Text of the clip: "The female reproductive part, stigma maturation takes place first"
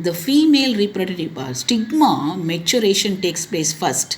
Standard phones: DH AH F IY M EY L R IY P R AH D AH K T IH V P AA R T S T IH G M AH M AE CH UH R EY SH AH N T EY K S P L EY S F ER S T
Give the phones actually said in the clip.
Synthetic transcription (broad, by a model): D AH F IY M EY L R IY P R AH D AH T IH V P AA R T S T IH G M AH M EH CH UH R EY SH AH N T EY K S P L EY S F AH S T